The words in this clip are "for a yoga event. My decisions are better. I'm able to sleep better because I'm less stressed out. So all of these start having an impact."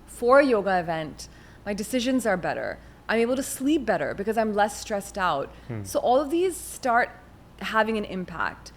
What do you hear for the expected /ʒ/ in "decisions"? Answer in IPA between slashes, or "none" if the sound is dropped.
/ʒ/